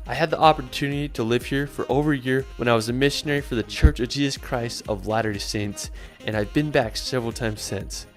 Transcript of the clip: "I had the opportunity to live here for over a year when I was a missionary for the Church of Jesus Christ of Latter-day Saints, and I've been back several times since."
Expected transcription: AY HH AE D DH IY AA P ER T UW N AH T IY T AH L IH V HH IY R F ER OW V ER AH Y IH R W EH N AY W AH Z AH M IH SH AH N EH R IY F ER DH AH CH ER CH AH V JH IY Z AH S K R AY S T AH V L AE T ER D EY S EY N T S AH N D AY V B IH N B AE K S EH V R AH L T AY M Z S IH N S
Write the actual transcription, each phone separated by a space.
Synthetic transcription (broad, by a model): AY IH D DH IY AA P ER T UW N AH T IY T AH L IH V HH IY R F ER OW V ER Y IH R W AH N AY W AH Z AH M IH SH AH N EH R IY F ER DH AH CH ER CH AH V JH IY Z AH S K R AY S T AH V L AE T ER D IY S EY N T S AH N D AY V B IH N B AE K S EH V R L T AY M Z S IH N S